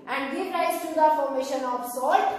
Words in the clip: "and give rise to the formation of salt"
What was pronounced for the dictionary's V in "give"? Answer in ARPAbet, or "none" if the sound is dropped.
P